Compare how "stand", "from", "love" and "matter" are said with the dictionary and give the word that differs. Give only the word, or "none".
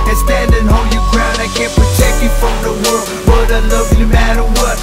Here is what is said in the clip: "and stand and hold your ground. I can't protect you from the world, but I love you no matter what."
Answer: none